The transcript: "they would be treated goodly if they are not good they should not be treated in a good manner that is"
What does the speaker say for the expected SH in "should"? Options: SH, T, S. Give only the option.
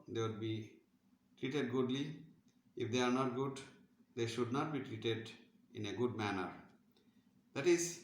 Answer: SH